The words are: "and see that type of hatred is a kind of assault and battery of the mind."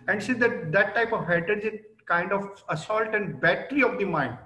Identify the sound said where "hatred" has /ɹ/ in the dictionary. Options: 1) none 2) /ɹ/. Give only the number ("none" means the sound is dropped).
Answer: 1